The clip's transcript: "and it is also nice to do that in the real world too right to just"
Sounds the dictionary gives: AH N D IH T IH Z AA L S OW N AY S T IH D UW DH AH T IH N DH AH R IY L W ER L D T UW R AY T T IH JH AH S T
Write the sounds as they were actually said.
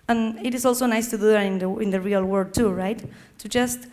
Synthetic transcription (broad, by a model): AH N IH T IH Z AA L S OW N AY S T IH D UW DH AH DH IH N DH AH R IY L W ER D T UW R AY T T IH JH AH S T